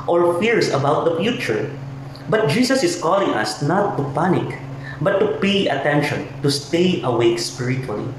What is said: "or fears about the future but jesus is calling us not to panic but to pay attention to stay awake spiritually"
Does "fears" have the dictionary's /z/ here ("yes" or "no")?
no